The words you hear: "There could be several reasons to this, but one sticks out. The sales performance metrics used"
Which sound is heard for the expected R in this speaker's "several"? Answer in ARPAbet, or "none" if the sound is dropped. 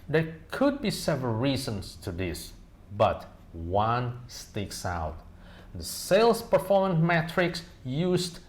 R